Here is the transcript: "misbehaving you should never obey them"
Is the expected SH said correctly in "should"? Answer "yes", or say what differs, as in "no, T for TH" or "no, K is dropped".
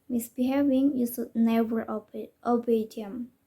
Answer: no, S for SH